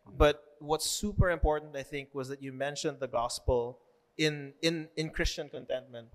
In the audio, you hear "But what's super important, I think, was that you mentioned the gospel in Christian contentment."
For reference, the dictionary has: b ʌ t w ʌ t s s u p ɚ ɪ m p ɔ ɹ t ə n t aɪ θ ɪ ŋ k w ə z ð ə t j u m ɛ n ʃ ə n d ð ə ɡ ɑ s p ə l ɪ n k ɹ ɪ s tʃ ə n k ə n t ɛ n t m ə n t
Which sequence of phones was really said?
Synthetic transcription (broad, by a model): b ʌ t w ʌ t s s u p ɚ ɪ m p ɔ ɹ t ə n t aɪ θ ɪ ŋ k w ə z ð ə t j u m ɛ n ʃ ə n d ð ə ɡ ɑ s p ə l ɪ n k ɹ ɪ s tʃ ə n k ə n t ɛ n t m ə n t